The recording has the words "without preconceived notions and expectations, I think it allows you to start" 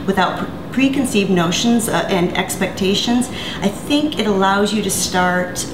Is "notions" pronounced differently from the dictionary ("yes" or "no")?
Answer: no